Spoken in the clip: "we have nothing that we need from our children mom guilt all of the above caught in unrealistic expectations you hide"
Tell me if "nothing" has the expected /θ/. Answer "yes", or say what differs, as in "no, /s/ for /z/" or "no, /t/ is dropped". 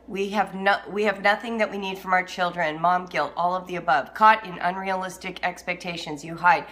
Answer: yes